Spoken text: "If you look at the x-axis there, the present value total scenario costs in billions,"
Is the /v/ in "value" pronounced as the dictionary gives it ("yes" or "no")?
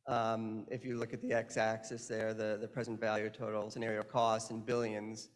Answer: yes